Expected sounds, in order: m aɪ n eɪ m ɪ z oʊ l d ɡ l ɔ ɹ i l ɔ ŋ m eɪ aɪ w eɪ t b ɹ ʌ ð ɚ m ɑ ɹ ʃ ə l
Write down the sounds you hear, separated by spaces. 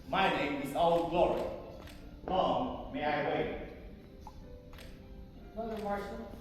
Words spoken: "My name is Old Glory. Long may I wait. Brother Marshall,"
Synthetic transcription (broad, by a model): m aɪ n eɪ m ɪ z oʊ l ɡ l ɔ ɹ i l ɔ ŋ m eɪ aɪ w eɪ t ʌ ɚ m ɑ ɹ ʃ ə